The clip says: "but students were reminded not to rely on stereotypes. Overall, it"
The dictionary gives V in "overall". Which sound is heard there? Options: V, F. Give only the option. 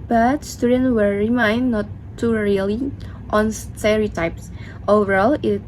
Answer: V